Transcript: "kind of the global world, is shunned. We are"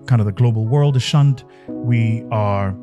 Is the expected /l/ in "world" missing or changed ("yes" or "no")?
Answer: no